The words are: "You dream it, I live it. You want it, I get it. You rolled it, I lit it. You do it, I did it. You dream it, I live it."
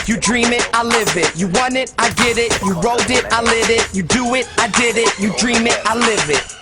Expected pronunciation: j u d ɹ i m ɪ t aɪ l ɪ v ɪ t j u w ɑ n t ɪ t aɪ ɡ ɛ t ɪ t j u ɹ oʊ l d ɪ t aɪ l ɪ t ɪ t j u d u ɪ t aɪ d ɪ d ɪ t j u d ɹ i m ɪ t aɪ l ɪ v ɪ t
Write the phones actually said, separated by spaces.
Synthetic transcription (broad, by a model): j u d ɹ i m ɪ t aɪ l ɪ v ɪ t j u w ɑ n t ɪ t aɪ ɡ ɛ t ɪ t j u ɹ oʊ d ɪ t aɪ l ɪ t ɪ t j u d u ɪ t aɪ d ɪ d ɪ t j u d ɹ i m ɪ t aɪ l ɪ v ɪ t